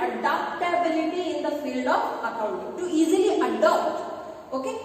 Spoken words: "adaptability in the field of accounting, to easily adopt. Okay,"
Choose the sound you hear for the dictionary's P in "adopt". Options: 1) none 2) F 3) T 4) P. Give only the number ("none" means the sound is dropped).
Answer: 1